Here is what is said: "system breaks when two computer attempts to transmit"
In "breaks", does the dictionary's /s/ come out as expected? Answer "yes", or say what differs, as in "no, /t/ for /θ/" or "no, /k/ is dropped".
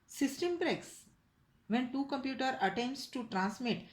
yes